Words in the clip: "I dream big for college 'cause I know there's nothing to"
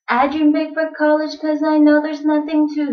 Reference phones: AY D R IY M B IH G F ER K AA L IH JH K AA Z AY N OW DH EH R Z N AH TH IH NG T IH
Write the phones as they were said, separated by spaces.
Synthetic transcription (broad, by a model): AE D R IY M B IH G F ER K AA L IH JH K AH Z AY N OW DH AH R Z N AH TH IH NG T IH